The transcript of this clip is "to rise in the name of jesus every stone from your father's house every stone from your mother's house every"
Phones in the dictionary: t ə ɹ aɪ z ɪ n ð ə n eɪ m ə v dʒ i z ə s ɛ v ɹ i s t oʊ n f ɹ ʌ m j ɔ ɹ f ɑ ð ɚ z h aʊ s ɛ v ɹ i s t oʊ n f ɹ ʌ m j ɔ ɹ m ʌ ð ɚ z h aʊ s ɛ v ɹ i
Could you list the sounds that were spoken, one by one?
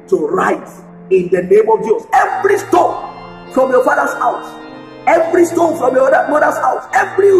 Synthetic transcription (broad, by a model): t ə ɹ aɪ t ɪ n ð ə n eɪ m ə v dʒ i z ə s ɛ v ɹ i s t oʊ n f ɹ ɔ m j ɔ f ɑ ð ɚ s h aʊ s ɛ v ɹ i s t oʊ n f ɹ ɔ m j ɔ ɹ m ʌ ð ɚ s h aʊ s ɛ v ɹ i